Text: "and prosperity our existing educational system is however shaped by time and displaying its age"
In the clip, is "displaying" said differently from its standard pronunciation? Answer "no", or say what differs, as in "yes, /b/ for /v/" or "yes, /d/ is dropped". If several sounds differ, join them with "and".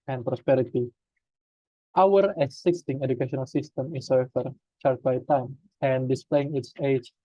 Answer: no